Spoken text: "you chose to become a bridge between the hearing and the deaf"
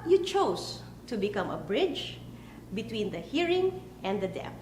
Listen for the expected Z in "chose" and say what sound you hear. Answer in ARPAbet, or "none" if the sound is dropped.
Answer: S